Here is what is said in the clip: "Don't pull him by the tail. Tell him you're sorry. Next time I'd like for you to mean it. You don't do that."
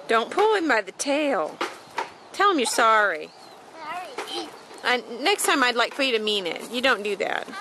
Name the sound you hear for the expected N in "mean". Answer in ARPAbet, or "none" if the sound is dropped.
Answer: N